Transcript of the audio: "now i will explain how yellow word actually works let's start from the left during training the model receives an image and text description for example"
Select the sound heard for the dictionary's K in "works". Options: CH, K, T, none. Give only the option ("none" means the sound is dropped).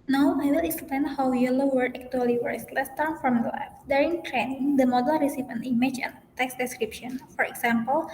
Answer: none